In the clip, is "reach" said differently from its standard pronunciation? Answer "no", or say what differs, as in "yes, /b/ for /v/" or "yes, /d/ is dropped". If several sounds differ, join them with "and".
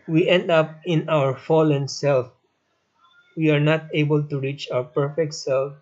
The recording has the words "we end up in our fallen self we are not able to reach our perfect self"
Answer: no